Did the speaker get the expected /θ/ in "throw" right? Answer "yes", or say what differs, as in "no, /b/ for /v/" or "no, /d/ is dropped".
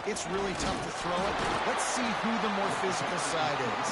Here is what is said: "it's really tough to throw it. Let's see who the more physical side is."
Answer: yes